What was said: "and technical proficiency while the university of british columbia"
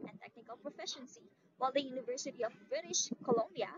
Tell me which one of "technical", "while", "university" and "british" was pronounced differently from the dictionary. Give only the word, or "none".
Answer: none